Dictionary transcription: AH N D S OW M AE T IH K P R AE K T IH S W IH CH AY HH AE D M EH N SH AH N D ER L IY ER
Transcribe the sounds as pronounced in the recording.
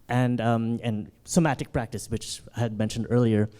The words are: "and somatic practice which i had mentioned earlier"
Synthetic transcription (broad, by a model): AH N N S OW M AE T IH K P R AE K T IH S W IH CH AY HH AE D M EH N SH AH N D ER L IY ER